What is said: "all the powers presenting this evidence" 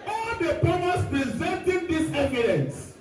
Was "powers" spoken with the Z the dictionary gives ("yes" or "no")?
no